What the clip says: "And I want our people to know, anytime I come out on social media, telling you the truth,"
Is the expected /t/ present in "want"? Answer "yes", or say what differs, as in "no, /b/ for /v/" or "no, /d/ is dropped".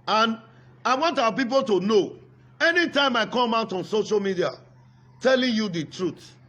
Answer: yes